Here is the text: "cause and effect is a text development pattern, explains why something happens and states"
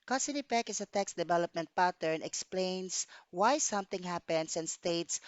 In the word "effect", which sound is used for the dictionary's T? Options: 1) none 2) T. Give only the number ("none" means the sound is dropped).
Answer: 1